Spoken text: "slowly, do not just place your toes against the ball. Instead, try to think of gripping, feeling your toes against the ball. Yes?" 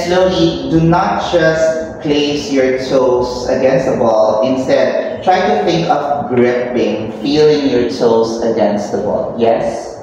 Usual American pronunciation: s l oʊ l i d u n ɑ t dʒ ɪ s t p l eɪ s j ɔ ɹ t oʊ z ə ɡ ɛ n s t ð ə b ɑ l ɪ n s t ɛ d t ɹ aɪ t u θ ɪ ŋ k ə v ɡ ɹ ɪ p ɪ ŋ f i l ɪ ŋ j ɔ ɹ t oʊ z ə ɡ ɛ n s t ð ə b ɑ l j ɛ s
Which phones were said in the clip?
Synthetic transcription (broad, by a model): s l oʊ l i d u n ɑ t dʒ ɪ s p l eɪ s j ɔ ɹ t oʊ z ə ɡ ɛ n s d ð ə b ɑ l ɪ n s t ɛ d t ɹ aɪ t u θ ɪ ŋ k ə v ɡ ɹ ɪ b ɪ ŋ f i l ɪ ŋ j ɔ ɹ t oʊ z ə ɡ ɛ n s t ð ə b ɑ l j ɛ s